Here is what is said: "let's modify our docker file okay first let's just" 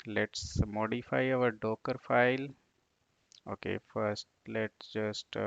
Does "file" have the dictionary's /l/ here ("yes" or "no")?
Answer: yes